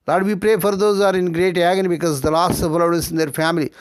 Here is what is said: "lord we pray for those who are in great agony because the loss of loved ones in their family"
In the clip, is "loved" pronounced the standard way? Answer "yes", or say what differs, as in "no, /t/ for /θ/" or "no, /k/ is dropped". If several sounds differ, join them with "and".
no, /v/ is dropped